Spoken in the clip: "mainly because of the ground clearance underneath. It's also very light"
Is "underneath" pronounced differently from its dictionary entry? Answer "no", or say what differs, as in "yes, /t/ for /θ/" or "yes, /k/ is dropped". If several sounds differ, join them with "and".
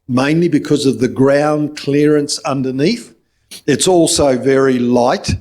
no